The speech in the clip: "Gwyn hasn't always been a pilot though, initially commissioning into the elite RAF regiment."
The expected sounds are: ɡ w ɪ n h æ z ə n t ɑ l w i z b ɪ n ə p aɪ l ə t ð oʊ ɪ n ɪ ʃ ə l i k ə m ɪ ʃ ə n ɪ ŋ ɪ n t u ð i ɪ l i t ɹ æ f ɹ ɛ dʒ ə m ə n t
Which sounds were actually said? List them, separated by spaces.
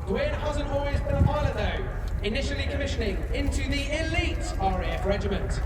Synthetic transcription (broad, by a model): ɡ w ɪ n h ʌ z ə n ɑ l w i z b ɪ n ə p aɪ l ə ð oʊ ɪ n ɪ ʃ ə l i k ə m ɪ ʃ ə n ɪ ŋ ɪ n t u ð i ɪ l i t ɹ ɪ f ɹ ɛ dʒ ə m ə n t